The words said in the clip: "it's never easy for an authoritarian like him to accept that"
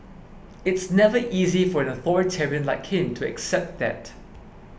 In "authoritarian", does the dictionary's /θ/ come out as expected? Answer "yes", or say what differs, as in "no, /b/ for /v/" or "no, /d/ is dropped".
yes